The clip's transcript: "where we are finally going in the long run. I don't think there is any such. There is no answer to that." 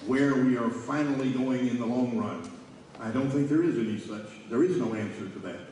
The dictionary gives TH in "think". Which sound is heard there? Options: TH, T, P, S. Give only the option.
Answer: TH